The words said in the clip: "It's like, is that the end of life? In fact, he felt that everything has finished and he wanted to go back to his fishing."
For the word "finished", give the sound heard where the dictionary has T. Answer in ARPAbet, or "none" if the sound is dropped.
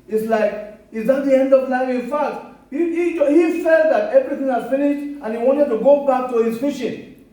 T